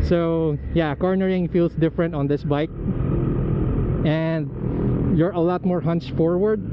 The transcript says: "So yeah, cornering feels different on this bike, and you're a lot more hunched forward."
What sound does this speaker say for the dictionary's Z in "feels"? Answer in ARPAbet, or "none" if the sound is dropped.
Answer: S